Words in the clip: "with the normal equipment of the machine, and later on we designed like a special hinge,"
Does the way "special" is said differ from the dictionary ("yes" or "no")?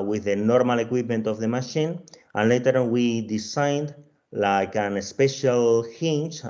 no